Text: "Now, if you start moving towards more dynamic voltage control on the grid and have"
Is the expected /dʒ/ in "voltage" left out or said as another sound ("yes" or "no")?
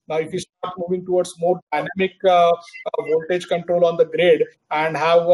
no